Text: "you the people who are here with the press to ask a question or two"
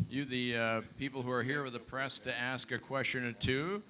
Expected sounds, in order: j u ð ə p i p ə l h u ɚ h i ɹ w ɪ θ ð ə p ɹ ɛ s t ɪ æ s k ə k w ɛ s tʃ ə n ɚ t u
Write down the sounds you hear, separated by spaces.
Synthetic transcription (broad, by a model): j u ð ə p i p l h u ɚ h i ɹ w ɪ ð ə p ɹ ɛ s t ɪ æ s k ə k w ɛ s tʃ ə n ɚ t u